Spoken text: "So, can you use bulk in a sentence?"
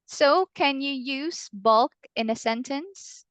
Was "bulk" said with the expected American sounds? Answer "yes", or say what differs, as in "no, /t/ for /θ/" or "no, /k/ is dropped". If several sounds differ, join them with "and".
yes